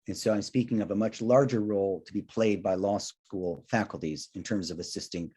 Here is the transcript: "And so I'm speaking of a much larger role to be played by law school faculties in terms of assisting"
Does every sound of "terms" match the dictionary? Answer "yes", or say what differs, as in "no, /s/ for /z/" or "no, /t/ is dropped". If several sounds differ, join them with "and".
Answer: yes